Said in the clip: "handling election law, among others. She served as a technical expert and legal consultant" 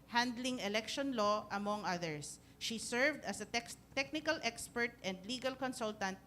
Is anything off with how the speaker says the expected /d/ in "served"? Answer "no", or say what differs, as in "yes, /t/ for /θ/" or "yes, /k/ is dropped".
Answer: no